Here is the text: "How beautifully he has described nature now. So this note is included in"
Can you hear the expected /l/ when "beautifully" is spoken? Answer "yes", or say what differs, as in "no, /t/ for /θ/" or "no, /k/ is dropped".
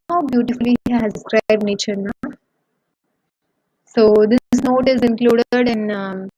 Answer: no, /l/ is dropped